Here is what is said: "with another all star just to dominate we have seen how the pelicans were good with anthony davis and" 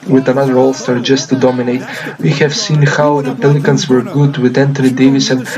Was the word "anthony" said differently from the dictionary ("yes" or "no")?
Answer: yes